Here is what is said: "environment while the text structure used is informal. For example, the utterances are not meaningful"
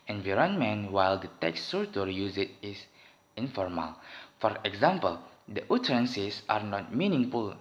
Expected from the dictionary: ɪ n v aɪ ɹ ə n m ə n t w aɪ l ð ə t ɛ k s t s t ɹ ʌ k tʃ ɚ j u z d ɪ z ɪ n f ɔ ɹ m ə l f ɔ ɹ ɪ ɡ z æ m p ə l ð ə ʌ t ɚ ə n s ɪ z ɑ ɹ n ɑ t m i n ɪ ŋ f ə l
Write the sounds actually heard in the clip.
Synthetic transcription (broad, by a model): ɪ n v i ɹ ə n m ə n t w aɪ l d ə t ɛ k s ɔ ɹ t ɔ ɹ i j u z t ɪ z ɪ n f ɔ ɹ m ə l f ɔ ɹ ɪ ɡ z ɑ m p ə l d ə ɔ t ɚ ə n s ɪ s ɑ ɹ n ɑ t m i n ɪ ŋ f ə l